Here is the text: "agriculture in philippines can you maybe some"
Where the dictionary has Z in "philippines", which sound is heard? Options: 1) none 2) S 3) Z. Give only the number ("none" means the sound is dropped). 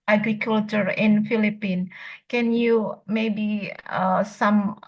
1